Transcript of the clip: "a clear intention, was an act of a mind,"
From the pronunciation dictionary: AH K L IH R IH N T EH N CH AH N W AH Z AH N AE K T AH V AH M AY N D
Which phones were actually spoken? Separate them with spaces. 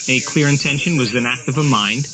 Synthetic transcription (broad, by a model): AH K L IH R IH N T EH N SH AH N W AH Z AH N AE K T AH V AH M AY N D